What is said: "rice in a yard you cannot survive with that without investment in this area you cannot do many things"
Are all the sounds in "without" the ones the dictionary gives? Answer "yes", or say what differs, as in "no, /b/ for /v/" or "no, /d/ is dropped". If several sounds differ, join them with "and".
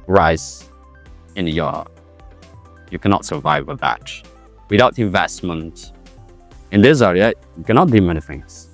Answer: no, /t/ is dropped